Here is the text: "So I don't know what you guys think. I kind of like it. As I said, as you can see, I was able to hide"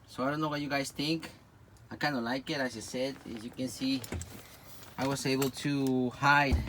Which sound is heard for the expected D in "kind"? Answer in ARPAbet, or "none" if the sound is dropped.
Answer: none